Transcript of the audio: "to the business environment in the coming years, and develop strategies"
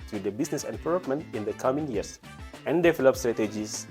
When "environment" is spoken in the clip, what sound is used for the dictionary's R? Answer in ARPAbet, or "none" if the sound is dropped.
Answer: L